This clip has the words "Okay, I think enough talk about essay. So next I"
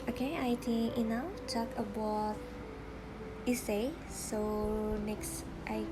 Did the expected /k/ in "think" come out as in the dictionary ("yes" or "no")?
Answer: no